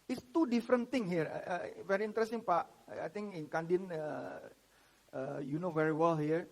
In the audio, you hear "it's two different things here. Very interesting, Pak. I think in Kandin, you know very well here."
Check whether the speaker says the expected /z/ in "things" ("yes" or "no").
no